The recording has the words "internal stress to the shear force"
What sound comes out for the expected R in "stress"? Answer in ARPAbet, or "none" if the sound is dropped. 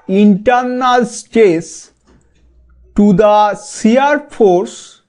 none